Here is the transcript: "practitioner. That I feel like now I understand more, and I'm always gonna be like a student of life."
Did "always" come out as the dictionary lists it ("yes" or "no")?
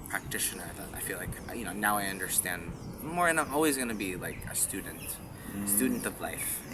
yes